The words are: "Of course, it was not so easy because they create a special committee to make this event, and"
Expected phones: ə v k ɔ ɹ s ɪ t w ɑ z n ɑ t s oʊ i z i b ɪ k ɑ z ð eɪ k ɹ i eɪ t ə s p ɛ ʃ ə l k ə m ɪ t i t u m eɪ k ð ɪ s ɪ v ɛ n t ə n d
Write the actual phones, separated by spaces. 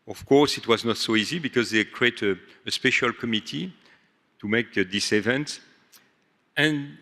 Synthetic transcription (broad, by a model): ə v k ɔ ɹ s ɪ t w ɑ z n ɑ t s oʊ i z i b ɪ k ɑ z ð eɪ k ɹ i eɪ t ə s p ɛ ʃ ə l k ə m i t i t u m eɪ k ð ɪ s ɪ v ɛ n t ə n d